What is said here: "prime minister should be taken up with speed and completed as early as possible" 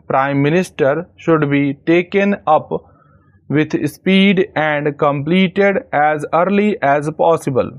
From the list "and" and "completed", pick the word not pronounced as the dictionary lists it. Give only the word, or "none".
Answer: none